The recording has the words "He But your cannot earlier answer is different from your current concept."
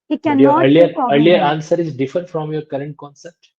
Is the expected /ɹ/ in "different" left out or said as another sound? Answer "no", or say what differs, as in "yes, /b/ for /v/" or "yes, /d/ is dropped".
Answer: yes, /ɹ/ is dropped